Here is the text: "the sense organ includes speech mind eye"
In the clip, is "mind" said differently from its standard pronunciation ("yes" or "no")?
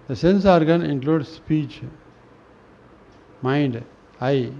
no